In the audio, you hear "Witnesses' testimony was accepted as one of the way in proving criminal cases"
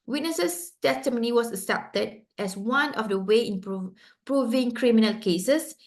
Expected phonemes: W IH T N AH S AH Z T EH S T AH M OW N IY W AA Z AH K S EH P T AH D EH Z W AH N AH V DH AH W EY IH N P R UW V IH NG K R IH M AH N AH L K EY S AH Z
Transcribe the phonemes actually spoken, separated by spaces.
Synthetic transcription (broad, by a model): W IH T N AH S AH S T EH S T AH M OW N IY W AA S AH S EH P T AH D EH S W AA N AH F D AH W EY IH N P R UW V IH NG K R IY M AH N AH L K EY S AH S